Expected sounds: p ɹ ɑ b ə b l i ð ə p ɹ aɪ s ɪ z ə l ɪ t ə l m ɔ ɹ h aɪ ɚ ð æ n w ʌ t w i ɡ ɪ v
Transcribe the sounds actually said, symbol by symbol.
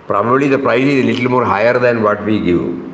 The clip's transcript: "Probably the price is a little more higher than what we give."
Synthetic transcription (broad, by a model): p ɹ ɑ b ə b l i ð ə p ɹ aɪ s ɪ z l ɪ t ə l m ɔ ɹ h aɪ ɚ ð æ n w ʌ t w i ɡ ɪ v